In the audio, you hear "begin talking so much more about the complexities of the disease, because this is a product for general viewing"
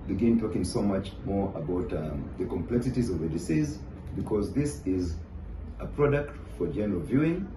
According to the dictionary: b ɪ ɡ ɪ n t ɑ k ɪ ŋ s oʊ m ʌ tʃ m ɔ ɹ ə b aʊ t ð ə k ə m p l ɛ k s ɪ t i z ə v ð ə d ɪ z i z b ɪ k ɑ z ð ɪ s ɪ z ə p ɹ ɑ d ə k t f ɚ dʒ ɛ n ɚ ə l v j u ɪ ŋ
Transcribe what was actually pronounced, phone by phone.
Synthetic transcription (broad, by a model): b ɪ ɡ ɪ n t ɑ k ɪ ŋ s oʊ m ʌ tʃ m ɔ ɹ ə b aʊ t ð ə k ə m p l ɛ k s ɪ t i z ə v ð ə d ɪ s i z b ɪ k ɑ z ð ɪ s ɪ z ə p ɹ ɑ d ə k t f ɚ dʒ ɛ n ɚ ə l v j u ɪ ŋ